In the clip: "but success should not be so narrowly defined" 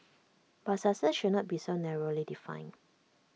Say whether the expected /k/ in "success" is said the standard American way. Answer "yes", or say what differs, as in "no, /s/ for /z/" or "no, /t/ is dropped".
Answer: no, /k/ is dropped